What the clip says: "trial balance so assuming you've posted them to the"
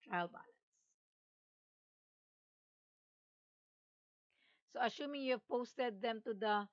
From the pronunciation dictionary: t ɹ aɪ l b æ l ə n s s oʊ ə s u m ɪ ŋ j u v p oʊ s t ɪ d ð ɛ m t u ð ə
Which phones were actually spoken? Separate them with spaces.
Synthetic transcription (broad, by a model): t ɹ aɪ l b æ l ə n s s oʊ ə ʃ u m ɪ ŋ j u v p oʊ s t ɪ d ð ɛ m t u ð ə